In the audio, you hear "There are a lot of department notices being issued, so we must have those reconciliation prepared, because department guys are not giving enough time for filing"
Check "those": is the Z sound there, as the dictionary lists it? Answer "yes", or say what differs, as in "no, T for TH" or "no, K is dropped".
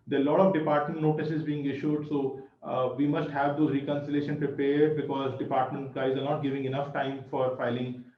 no, Z is dropped